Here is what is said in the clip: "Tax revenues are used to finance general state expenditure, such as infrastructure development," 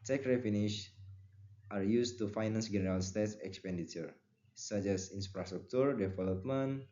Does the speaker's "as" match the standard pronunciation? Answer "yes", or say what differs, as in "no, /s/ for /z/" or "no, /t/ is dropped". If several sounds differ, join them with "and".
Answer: no, /s/ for /z/